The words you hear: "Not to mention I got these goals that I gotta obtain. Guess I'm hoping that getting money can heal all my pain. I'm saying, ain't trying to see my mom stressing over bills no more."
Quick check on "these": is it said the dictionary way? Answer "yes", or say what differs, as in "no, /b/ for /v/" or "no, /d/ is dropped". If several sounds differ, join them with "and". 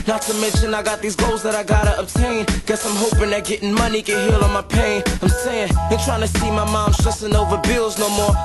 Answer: yes